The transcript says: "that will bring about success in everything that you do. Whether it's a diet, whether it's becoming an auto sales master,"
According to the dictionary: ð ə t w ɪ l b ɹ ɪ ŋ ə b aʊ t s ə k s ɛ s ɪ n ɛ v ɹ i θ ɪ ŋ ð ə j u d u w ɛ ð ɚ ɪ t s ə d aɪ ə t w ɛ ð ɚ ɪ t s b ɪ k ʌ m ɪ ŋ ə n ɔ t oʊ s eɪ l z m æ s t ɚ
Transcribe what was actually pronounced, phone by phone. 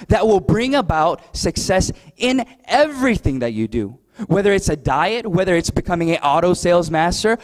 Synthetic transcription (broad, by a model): ð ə t w ɪ l b ɹ ɪ ŋ ə b aʊ t s ə k s ɛ s ɪ n ɛ v ɹ i θ ɪ ŋ ð ə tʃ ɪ d u w ɛ ð ɚ ɪ t s ə d aɪ ə t w ɛ ð ɚ ɪ t s b ɪ k ʌ m ɪ ŋ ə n ɔ t oʊ s eɪ l z m æ s t ɚ